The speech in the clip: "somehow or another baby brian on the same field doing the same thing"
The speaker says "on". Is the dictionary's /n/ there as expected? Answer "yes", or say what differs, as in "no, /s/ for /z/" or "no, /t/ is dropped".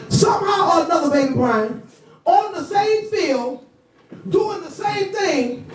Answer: no, /l/ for /n/